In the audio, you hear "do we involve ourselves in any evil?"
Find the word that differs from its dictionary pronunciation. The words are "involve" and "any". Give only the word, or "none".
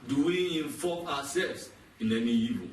involve